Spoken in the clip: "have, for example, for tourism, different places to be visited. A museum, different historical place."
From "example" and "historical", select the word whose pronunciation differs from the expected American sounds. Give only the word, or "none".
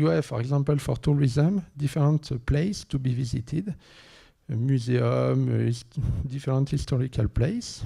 example